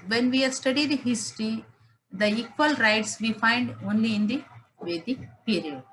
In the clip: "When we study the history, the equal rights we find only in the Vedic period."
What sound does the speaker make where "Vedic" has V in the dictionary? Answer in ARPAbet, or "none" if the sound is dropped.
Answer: V